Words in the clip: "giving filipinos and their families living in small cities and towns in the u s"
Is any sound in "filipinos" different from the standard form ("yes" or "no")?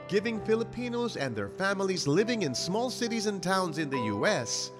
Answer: no